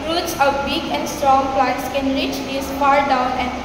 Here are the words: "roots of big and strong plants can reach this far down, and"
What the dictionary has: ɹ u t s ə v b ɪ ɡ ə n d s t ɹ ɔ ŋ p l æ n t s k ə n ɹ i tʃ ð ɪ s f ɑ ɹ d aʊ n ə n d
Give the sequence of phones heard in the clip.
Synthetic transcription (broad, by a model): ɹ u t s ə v b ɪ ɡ ə n d s t ɹ ɔ ŋ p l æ t s k ə n ɹ i tʃ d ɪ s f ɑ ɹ d aʊ n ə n